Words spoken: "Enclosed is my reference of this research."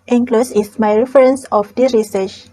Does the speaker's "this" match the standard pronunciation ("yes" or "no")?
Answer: no